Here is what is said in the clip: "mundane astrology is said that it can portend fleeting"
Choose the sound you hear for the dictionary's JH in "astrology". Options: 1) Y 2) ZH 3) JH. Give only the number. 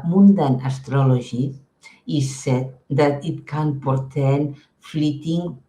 2